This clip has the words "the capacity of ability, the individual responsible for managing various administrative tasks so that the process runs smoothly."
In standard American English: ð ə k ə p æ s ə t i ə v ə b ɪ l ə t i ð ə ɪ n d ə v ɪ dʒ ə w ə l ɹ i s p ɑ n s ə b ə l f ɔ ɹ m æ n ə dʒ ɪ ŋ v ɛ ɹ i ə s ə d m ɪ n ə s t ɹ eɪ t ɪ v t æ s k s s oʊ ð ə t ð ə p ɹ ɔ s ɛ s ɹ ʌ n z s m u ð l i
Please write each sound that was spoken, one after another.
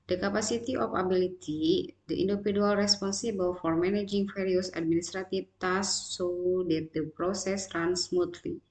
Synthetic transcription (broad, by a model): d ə k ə p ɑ s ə t i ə f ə b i l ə t i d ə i n d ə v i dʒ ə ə l ɹ i s p ɑ n s ə b ə l f ɔ ɹ m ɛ n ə dʒ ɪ ŋ f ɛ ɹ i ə s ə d m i n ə s t ɹ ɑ t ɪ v t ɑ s s s oʊ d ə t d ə p ɹ ɔ s ɛ s ɹ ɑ n s m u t l i